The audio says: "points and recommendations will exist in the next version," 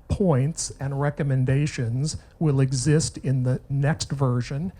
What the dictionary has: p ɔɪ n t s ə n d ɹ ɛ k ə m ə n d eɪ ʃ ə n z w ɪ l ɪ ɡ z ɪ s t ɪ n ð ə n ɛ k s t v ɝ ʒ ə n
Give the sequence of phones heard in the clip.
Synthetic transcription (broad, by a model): p ɔɪ n t s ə n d ɹ ɛ k ə m ə n d eɪ ʃ ə n z w ɪ l ɪ ɡ z ɪ s t ɪ n ð ə n ɛ k s t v ɝ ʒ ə n